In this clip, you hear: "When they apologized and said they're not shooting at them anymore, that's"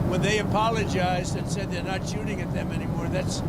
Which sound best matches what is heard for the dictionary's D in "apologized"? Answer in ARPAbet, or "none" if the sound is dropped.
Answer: D